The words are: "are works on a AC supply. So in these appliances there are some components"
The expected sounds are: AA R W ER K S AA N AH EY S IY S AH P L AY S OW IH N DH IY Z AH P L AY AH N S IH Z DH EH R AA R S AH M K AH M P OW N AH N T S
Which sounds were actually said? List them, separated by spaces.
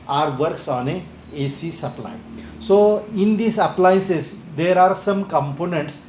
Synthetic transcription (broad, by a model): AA R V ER K S AA N AH EY S IY S AH P L AY S OW IH N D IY S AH P L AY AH N S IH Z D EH R AA R S AH M K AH M P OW N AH N T S